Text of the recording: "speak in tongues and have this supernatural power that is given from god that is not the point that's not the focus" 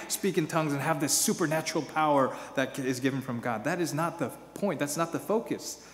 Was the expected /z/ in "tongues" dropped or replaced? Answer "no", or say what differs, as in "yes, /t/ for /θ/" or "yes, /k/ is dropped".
no